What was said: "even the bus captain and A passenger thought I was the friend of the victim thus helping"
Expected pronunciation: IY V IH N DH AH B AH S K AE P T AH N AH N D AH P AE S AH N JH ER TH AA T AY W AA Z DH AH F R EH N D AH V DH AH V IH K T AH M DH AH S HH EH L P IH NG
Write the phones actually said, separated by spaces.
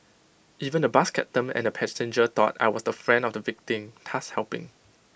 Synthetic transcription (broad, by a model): IY V IH N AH B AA S K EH T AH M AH N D AH P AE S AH N JH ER T AA T AY W AA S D AH F R EH N D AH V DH AH V IH K T AH M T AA S HH EH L P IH NG